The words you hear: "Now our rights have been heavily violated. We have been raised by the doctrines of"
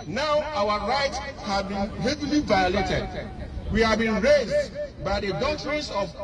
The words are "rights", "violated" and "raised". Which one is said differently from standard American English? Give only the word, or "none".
none